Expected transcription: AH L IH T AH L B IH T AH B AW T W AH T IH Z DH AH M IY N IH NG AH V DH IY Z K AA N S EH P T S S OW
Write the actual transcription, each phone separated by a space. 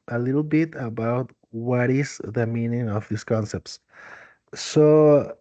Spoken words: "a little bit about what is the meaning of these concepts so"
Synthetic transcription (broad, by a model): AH L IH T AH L B IH T AH B AW T W AH T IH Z DH AH M IY N IH NG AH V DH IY S K AA N S EH P T S S OW